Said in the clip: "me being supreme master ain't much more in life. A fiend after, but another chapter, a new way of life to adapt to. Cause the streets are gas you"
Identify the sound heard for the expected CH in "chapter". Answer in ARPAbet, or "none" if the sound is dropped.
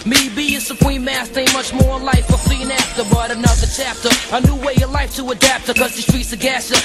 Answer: CH